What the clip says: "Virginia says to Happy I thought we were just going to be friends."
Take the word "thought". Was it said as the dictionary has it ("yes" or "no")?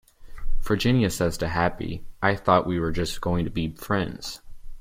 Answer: yes